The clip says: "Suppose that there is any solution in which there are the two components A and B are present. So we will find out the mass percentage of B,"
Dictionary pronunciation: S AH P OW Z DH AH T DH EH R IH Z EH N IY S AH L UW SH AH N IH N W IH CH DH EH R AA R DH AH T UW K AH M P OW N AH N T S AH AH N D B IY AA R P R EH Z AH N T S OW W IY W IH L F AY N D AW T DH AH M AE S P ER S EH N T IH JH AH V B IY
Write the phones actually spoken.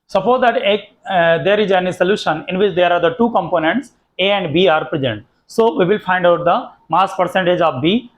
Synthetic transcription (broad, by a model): S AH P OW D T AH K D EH R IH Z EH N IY S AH L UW SH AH N IH N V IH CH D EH R AA R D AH T UW K AH M P OW N AH N T S AH AH N D B IY AA R P R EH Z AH N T S OW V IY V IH L F AY N D AW T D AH M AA S P ER S EH N T IH JH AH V B IY